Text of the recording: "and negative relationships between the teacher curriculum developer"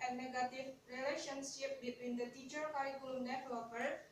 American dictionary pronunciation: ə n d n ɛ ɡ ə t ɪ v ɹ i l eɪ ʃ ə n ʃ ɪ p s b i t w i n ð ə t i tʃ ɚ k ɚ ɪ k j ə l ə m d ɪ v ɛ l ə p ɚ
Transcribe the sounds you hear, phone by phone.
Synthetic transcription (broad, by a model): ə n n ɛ ɡ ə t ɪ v ɹ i l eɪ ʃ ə n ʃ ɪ p b i t w i n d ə t i tʃ ɚ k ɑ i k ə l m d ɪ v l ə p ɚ